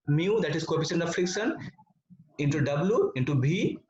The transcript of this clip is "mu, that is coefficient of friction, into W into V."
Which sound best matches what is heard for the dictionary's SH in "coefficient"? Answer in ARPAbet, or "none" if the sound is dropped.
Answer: S